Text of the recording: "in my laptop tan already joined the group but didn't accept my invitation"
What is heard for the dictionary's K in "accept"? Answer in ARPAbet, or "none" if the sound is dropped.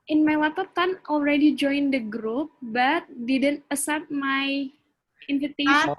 none